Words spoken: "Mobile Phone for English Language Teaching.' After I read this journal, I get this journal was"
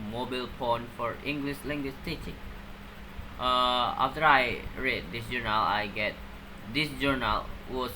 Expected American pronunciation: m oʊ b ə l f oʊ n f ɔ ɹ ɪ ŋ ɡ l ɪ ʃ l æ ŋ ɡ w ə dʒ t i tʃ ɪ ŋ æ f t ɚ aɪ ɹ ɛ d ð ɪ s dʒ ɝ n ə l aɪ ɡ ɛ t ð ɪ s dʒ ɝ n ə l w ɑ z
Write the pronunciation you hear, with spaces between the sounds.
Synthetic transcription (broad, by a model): m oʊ b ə l p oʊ n f ɔ ɹ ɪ ŋ ɡ l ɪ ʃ l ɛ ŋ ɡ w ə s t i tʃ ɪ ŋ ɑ f t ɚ aɪ ɹ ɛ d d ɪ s dʒ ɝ n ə l aɪ ɡ ɛ t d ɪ s dʒ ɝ n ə l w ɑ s